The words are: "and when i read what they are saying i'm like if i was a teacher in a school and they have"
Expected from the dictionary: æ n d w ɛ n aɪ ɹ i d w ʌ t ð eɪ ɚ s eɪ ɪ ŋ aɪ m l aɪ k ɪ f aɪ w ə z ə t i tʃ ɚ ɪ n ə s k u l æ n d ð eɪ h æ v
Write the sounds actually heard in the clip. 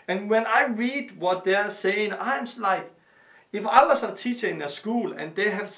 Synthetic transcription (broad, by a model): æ n w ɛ n aɪ ɹ i d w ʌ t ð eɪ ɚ s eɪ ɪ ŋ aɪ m l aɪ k ɪ f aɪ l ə s ə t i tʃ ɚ ɪ n ə s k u l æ n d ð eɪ h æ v